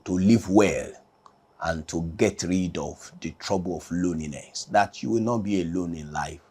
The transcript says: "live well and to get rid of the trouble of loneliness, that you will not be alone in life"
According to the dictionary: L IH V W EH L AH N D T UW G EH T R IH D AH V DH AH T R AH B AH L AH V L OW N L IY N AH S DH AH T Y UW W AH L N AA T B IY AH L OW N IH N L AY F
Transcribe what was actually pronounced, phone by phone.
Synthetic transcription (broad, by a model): L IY V W EH L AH N T UW G EH T R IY D AH V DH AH T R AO B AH L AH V L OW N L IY N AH S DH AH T Y UW W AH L N AA T B IY AH L OW N IH N L AY F